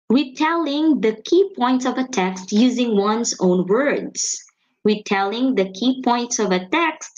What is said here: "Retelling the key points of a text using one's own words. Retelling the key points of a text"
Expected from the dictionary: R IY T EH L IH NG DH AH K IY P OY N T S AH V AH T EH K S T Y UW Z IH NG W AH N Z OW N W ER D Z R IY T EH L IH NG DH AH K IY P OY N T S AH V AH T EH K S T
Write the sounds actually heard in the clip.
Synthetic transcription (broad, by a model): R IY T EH L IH NG DH AH K IY P OY N T S AH V AH T EH K S T Y UW Z IH NG W AH N Z OW N W ER D Z R IY T EH L IH NG DH AH K IY P OY N T S AH V AH T EH K S T